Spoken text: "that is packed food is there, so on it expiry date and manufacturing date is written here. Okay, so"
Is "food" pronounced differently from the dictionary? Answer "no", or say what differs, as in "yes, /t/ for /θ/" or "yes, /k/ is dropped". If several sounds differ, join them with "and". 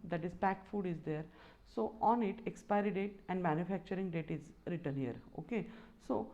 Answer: no